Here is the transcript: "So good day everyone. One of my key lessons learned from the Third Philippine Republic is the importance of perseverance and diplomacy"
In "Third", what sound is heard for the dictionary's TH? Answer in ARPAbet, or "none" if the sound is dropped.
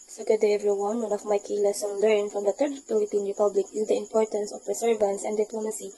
T